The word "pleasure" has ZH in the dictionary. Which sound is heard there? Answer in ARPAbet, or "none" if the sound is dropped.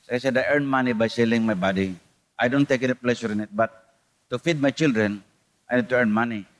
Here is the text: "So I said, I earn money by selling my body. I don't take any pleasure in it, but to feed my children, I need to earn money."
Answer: SH